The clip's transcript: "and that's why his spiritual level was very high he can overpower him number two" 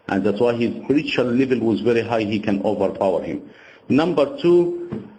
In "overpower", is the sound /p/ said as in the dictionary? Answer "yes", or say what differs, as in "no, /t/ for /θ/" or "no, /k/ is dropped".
yes